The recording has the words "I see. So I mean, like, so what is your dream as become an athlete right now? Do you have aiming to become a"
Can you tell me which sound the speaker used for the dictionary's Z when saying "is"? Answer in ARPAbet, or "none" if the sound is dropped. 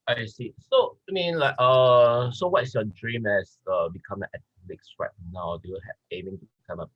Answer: S